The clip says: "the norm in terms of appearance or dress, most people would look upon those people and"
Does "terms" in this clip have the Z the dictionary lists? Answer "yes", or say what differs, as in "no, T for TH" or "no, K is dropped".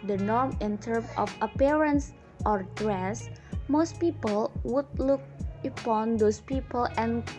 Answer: no, S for Z